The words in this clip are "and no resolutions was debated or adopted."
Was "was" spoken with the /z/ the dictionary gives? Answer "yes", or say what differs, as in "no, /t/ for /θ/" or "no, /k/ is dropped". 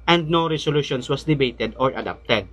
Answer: no, /s/ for /z/